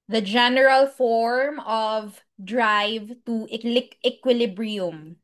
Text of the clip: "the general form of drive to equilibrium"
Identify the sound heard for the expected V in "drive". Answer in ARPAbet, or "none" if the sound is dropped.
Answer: V